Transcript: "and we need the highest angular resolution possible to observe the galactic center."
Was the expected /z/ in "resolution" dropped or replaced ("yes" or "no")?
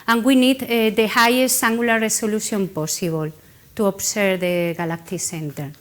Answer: yes